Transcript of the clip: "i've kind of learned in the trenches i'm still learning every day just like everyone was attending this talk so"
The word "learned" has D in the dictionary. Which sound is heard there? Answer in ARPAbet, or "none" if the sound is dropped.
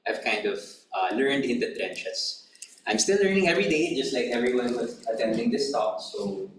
D